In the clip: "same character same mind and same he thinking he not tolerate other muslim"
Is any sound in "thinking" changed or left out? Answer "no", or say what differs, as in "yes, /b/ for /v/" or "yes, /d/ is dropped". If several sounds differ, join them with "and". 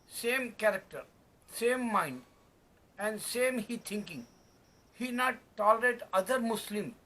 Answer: yes, /t/ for /θ/